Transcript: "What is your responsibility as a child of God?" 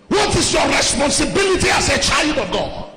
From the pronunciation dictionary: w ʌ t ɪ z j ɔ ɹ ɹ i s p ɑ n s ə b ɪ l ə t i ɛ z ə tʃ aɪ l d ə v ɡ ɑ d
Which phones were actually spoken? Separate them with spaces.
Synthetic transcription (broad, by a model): w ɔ t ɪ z j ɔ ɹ ɹ i s p ɑ n s ə b ɪ l ə t i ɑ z ə tʃ aɪ l d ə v ɡ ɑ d